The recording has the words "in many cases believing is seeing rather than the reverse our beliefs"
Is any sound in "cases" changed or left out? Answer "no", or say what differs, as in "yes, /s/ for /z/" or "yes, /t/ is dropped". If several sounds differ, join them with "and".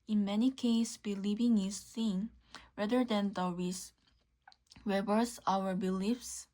yes, /s/ is dropped and /s/ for /z/